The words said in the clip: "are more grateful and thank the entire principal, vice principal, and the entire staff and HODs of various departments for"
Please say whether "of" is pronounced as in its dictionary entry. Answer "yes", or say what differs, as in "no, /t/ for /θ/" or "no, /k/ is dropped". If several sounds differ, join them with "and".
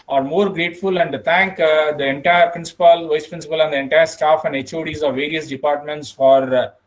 yes